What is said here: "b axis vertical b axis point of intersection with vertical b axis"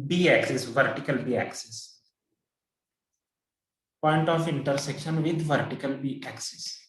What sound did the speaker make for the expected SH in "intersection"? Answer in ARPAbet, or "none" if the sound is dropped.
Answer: SH